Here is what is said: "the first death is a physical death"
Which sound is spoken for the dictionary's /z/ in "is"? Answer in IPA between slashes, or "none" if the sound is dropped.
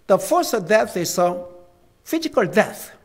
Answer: /s/